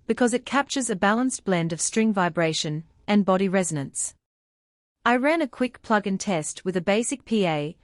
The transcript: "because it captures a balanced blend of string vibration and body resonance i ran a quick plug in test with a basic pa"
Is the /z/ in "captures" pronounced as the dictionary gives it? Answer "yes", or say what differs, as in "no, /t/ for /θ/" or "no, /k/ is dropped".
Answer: yes